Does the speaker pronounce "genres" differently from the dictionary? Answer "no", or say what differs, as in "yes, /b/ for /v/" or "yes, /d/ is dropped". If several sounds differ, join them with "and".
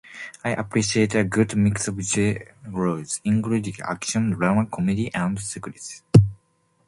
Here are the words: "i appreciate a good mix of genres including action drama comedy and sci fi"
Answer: yes, /n/ is dropped